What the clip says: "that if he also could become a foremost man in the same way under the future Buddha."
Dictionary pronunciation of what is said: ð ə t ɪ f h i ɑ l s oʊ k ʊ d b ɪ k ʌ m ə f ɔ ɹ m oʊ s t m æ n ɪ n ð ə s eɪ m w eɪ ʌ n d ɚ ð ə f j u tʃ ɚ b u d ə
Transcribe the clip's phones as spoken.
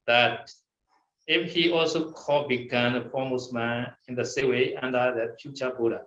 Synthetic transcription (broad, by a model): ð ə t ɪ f h i ɑ l s oʊ k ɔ b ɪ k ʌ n ə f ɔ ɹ m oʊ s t m æ n ɪ n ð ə s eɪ w eɪ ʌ n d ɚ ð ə f j u tʃ ɚ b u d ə